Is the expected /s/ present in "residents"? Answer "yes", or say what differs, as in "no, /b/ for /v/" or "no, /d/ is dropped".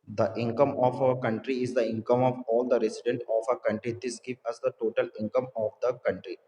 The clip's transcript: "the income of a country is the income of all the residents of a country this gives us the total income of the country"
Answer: no, /s/ is dropped